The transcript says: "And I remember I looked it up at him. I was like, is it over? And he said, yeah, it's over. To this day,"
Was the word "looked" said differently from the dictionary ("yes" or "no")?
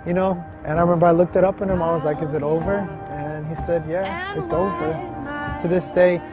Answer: no